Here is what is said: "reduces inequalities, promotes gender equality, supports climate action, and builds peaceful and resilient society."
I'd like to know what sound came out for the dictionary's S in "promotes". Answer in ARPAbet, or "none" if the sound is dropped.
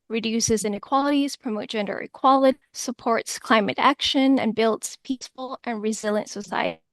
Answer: none